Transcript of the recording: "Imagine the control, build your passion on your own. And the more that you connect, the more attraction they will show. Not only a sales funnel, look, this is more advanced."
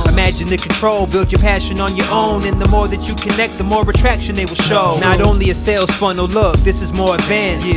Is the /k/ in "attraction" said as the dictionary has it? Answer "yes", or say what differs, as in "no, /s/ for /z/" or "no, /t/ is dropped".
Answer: yes